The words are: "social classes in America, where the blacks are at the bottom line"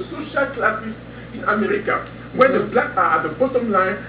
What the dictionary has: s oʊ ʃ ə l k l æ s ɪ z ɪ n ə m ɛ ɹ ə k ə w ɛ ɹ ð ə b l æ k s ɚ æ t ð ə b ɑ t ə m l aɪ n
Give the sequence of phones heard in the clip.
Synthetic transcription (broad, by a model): s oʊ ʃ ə l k l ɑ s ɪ s ɪ n ə m ɛ ɹ ə k ə w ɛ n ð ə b l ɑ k ɑ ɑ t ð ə b ɑ t ə m l aɪ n